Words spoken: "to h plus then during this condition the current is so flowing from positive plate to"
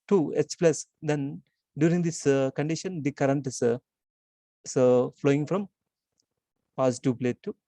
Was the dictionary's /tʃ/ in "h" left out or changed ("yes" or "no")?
yes